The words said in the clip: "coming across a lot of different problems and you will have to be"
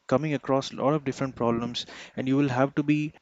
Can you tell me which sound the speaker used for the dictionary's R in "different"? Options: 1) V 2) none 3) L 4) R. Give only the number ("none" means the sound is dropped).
4